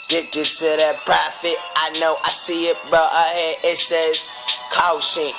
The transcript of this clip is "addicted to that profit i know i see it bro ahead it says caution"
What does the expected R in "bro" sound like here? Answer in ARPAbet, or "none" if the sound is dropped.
none